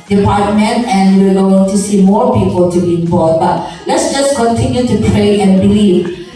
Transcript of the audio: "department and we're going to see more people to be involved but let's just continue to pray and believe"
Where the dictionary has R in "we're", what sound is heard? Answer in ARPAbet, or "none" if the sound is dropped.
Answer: L